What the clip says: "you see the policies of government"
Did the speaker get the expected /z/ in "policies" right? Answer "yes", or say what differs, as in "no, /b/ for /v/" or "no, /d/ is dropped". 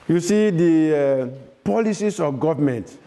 no, /s/ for /z/